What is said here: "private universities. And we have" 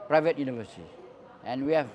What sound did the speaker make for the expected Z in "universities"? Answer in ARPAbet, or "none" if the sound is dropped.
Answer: none